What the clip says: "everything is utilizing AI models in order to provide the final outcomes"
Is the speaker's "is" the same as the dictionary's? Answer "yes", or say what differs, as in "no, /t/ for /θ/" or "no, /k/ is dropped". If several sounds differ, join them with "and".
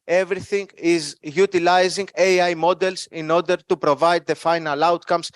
yes